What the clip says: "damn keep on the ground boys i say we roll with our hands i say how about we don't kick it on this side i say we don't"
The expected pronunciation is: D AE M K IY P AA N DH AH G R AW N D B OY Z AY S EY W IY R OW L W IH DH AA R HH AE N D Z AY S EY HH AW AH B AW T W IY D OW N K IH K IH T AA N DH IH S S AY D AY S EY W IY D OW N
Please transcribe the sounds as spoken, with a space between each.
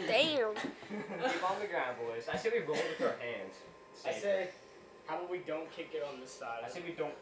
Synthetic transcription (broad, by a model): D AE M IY AA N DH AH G R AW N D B OY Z AY S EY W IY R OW N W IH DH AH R HH AE N D Z AY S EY HH AW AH W IY D OW N K IH K IH T N DH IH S S AY D AY S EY W IY D OW N